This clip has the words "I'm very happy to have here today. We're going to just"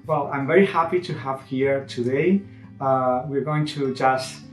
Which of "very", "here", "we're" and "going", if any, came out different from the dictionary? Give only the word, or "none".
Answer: none